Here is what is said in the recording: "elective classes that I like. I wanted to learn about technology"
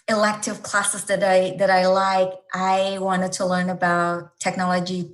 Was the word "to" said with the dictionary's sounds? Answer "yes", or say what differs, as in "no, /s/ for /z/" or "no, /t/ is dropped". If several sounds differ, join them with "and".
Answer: yes